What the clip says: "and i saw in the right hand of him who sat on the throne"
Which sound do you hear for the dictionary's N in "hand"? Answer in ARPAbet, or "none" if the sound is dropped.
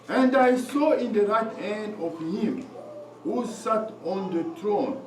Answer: N